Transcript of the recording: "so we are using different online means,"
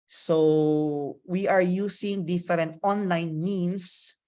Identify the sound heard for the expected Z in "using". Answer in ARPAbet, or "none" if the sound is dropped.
S